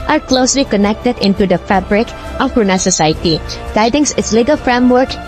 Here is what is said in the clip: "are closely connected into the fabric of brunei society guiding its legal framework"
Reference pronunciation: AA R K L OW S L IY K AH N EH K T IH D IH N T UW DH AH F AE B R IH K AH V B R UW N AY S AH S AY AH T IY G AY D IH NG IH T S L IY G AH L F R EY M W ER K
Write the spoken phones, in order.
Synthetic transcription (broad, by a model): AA R K L OW S L IY K AH N EH K T IH D IH N T UW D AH F AE B R IH K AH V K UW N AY S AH S AY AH T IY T AY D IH NG IH T S L IY G AH L F R EY M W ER K